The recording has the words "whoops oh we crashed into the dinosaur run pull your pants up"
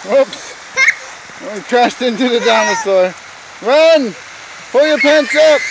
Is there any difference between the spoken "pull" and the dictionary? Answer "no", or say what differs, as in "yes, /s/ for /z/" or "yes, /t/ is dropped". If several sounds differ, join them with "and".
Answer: no